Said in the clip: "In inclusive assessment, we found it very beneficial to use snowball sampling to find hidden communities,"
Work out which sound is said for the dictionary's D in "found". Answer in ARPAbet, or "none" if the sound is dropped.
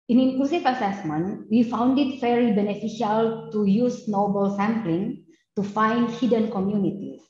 D